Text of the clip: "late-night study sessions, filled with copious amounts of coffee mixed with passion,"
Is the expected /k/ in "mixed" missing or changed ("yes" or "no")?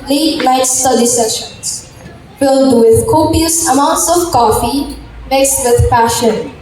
yes